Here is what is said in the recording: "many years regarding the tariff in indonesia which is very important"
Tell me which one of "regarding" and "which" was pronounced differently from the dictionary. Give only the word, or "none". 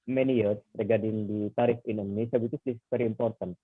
which